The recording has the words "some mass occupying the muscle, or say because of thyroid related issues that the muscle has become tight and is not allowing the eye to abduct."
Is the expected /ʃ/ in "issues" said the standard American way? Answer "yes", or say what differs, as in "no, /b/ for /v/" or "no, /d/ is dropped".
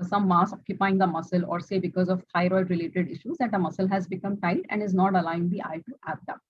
yes